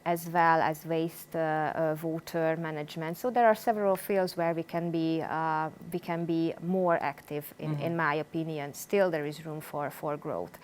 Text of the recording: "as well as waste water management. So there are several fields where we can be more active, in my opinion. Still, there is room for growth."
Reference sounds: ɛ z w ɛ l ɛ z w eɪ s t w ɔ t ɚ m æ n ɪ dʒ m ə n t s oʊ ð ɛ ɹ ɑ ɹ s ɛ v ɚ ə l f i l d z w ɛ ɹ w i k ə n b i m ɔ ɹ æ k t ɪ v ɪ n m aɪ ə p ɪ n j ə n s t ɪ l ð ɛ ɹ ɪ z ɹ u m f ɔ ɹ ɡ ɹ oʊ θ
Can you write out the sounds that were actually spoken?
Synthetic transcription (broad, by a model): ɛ z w ɛ l ɛ z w eɪ s t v ɔ t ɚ m æ n ɪ dʒ m ə n t s oʊ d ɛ ɹ ɑ ɹ s ɛ v ɚ ə l f i l d z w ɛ ɹ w i k ə n b i m ɔ ɹ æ k t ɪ v ɪ n m aɪ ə p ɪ n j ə n s t ɪ l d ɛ ɹ ɪ z ɹ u m f ɔ ɹ ɡ ɹ oʊ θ